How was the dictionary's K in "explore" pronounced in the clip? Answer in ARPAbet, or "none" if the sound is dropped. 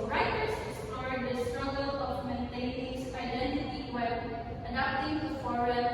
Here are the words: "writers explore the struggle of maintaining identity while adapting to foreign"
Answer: none